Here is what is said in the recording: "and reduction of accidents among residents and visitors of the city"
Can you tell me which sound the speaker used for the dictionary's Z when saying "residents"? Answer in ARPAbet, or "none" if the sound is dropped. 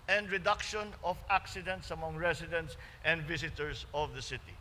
S